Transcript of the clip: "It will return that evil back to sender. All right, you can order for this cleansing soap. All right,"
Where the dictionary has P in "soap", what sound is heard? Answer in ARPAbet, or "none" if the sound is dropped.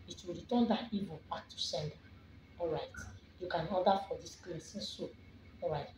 none